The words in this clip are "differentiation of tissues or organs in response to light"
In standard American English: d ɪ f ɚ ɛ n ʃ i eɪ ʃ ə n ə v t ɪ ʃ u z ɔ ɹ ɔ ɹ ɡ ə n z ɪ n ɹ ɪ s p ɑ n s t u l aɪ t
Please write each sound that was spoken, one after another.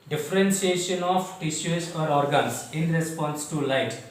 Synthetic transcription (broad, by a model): d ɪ f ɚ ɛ n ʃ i eɪ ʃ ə n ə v t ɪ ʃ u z ɔ ɹ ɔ ɹ ɡ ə n s ɪ n ɹ ɪ s p ɑ n s t u l aɪ t